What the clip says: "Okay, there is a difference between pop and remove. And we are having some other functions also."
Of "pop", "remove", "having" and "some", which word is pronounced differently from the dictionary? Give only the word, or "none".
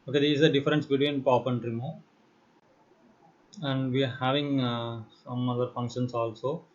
remove